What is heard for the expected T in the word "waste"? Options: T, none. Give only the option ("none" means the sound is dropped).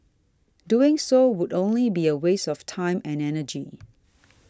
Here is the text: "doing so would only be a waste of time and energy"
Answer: none